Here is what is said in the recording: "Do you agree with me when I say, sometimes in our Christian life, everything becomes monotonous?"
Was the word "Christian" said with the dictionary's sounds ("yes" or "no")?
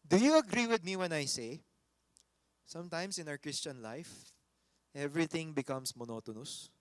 yes